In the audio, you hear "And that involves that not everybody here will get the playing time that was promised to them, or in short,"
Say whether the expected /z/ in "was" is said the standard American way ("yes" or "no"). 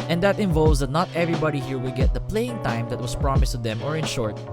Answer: no